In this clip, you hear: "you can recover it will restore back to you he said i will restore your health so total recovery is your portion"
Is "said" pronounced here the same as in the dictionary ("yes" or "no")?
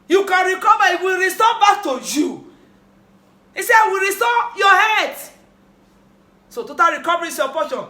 no